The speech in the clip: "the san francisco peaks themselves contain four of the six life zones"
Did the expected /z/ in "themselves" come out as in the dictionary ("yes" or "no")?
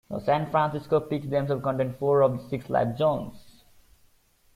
no